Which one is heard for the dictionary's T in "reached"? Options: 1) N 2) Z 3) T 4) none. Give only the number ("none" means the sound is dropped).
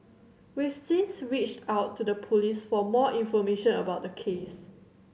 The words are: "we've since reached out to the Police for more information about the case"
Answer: 3